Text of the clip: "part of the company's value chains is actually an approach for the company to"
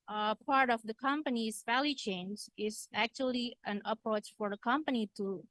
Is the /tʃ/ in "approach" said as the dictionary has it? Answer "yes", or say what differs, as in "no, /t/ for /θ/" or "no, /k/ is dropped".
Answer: yes